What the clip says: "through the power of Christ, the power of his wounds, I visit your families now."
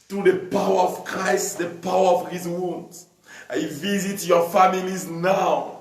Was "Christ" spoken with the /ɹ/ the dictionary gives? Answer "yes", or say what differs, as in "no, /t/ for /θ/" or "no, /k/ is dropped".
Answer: yes